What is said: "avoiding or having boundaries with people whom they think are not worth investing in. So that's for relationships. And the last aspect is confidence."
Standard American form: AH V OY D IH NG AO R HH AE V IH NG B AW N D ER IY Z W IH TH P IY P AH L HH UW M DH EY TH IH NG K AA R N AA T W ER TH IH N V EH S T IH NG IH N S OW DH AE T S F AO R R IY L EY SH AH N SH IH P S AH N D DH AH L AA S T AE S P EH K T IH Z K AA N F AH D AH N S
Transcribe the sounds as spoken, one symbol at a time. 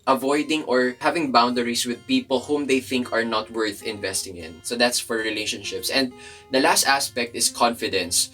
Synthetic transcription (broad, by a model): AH V OY D IH NG AO R HH AE V IH NG B AW N D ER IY S W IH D P IY P AH L HH UW M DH EY TH IH NG K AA R N AA T W ER TH IH N V EH S T IH NG IH N S OW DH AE T S F AO R R IY L EY SH AH N SH IH P S AH N D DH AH L AA S T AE S P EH K T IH S K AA N F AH D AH N S